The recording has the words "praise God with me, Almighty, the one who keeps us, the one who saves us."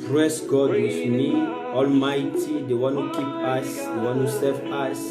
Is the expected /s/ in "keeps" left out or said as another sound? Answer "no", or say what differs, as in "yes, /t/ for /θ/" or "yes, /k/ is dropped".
yes, /s/ is dropped